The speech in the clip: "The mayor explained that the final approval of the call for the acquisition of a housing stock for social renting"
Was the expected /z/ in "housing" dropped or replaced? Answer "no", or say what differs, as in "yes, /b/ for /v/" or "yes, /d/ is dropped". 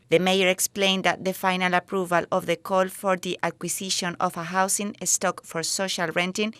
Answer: yes, /s/ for /z/